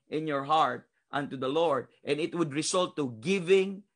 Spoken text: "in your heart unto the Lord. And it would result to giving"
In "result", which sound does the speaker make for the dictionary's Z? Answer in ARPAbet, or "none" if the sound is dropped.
S